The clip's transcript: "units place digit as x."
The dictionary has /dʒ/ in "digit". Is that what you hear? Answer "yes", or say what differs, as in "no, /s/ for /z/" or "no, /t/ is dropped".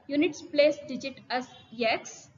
yes